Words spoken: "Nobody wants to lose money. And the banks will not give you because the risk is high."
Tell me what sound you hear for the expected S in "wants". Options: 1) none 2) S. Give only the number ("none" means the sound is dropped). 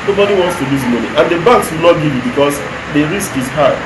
2